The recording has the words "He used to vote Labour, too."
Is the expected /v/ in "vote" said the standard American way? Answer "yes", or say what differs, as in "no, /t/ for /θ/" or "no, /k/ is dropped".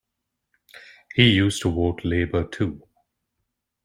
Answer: no, /w/ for /v/